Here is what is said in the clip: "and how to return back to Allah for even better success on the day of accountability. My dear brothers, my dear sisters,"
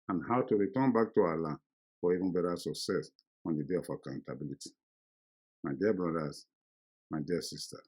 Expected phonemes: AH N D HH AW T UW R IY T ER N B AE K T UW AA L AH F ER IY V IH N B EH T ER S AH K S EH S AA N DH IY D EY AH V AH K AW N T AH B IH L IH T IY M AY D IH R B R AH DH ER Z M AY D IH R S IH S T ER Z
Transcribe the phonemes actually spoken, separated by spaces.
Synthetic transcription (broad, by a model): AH N HH AW T UW R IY T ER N B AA K T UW AA L AH F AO IY V IH N B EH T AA S AH K S EH S AA N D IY D EY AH F AH K AW N T AH B IH L IH T IY M AY D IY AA B R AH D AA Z M AY D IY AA S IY S T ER